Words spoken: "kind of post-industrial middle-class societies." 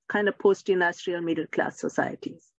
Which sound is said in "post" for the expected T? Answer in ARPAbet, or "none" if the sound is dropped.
T